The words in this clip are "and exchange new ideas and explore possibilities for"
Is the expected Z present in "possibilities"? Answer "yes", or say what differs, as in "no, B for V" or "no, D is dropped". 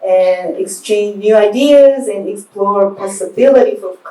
no, Z is dropped